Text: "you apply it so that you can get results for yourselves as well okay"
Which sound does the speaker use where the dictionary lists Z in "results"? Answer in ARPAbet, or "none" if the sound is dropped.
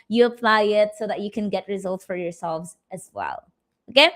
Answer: Z